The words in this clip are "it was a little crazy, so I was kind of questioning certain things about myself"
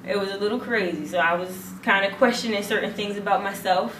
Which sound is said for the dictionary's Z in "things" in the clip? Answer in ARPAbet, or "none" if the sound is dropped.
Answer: Z